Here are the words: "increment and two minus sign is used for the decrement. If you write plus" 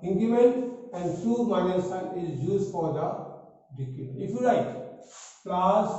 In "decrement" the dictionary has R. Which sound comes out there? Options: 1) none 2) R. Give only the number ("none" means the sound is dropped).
1